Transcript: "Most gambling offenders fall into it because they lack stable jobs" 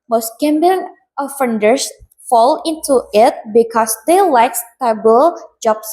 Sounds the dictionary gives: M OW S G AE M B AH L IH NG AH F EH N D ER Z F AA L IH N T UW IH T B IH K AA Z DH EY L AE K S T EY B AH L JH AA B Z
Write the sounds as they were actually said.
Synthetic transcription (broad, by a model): M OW S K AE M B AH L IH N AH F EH N D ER S F AA L IH N T UW IH T B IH K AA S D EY L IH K S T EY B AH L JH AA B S